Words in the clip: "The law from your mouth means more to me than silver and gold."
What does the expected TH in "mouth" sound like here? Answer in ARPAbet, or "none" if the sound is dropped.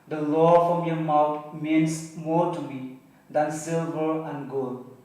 T